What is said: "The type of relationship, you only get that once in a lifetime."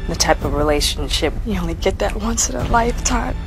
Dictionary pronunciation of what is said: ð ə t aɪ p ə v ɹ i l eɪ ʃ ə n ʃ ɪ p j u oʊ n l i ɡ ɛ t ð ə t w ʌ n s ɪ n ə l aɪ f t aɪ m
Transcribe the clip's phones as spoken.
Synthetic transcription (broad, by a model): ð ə t aɪ p ə v ɹ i l eɪ ʃ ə n ʃ ɪ p j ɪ oʊ n l i ɡ ɛ t ð ə t w ʌ n s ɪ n ə l aɪ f t aɪ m